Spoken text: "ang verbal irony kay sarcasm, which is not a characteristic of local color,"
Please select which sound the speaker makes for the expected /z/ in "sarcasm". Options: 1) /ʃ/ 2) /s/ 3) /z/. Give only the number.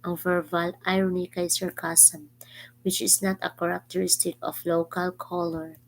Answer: 2